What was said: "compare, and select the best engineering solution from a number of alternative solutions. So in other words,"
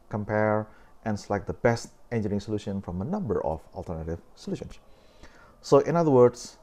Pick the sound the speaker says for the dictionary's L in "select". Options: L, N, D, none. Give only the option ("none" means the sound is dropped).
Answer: none